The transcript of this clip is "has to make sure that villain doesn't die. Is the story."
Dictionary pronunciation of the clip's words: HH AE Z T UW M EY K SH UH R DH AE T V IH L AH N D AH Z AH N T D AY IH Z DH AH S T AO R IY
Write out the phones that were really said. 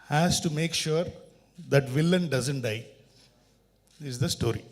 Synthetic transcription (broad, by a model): HH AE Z T UW M EY K SH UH R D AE T V IH L AH N D AH Z AH N T D AY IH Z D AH S T AO R IY